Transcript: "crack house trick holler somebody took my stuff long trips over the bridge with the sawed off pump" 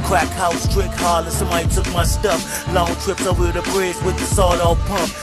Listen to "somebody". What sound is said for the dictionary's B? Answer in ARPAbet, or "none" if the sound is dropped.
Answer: none